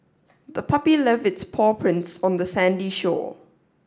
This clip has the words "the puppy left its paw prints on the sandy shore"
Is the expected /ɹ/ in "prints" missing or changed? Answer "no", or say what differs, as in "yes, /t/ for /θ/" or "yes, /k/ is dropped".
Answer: no